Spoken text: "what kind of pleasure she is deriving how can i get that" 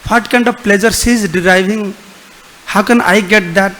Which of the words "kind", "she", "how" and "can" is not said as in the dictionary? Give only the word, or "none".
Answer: she